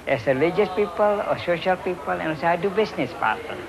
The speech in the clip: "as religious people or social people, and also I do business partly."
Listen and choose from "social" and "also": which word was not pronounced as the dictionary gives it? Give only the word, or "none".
also